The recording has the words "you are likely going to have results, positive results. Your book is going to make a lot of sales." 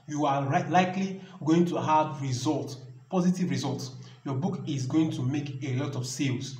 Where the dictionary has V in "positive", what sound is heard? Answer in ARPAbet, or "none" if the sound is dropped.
V